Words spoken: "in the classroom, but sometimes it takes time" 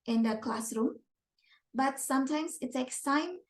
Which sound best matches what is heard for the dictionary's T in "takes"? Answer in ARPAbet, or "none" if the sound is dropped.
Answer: S